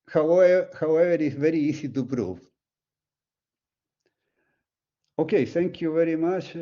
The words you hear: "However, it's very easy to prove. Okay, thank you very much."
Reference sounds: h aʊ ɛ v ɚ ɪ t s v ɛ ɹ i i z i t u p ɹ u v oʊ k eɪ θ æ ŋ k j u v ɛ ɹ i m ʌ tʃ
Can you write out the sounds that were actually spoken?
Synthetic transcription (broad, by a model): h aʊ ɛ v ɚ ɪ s v ɛ ɹ i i s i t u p ɹ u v oʊ k eɪ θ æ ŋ k j u v ɛ ɹ i m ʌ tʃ